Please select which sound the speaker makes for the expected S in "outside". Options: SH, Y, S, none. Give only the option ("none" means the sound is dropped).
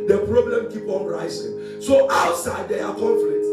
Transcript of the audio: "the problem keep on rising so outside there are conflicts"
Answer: S